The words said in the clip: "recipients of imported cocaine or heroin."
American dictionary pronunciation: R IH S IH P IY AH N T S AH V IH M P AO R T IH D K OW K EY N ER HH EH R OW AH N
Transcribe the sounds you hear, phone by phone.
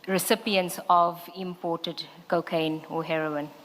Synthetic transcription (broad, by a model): R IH S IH P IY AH N T S AH V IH M P AO T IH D K OW K EY N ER HH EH R OW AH N